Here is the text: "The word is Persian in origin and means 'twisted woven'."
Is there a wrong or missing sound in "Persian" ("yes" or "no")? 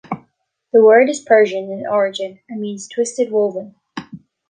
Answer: no